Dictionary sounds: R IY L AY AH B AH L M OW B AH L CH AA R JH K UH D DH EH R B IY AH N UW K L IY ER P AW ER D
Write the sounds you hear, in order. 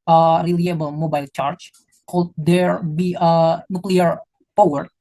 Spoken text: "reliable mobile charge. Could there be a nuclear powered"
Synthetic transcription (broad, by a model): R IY L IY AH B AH L M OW B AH L CH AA R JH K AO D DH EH R B IY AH N UW K L IY ER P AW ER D